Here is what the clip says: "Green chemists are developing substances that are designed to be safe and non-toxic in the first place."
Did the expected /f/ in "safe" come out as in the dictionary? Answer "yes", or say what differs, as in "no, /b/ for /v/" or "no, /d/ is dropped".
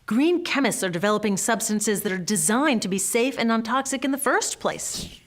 yes